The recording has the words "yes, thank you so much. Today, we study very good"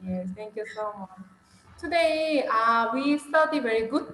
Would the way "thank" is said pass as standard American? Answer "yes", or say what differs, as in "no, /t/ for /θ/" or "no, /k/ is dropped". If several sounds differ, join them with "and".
no, /t/ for /θ/